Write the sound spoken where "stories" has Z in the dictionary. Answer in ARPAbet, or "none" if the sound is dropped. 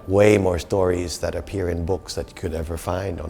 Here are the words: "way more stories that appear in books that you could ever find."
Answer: Z